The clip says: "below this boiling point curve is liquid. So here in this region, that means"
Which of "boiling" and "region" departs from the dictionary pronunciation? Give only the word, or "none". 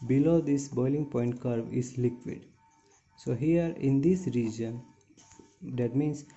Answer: none